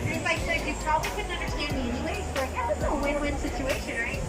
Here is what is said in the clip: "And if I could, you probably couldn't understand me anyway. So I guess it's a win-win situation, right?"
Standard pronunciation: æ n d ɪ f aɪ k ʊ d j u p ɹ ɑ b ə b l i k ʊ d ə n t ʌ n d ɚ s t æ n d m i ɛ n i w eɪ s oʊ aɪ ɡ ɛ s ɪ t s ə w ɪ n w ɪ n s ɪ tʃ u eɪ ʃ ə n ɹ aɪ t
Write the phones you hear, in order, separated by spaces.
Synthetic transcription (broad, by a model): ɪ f aɪ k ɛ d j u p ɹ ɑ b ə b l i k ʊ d n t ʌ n d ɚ s t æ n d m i ɛ n i w eɪ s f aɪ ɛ ɪ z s ə w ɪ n w ɪ n s ɪ tʃ u eɪ ʃ ə n ɹ aɪ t